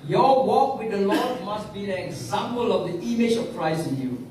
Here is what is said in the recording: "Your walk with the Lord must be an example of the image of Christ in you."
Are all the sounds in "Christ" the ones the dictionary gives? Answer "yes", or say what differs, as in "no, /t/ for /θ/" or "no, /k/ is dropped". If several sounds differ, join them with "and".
no, /t/ is dropped